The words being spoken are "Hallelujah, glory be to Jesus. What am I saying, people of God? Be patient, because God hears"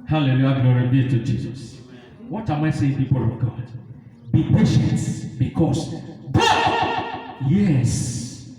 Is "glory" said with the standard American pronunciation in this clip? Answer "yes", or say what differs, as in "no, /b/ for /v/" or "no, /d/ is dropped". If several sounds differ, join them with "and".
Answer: no, /n/ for /l/